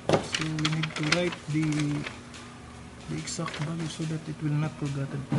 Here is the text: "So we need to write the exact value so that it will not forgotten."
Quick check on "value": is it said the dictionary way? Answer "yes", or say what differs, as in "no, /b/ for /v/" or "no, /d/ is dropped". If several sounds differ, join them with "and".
no, /b/ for /v/